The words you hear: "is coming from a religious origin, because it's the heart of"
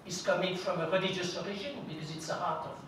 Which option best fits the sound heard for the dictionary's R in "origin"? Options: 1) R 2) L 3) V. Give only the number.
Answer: 2